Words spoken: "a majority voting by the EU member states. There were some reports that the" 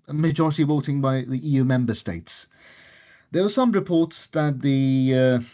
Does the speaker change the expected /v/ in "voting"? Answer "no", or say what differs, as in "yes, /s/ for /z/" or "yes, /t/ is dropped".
yes, /w/ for /v/